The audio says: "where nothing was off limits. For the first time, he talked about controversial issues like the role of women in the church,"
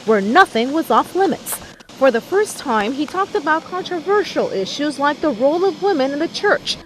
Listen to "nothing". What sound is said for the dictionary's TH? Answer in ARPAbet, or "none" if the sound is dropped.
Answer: TH